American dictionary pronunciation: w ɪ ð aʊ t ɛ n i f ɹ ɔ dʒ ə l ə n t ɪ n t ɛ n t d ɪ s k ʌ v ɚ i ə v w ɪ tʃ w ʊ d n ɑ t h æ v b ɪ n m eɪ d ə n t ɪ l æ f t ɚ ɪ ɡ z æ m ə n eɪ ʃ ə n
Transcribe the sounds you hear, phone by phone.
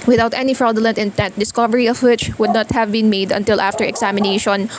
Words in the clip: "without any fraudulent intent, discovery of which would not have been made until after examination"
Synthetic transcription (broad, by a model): w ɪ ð aʊ t ɛ n i f ɹ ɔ ə l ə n t ɪ n t ɛ n t d ɪ s k ʌ v ɚ i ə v w ɪ tʃ w ʊ d n ɑ t h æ v b ɪ n m eɪ d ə n t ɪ l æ f t ɚ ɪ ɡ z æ m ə n eɪ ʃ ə n